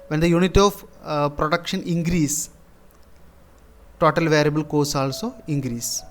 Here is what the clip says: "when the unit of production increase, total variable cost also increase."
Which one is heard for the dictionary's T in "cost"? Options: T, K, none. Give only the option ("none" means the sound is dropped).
none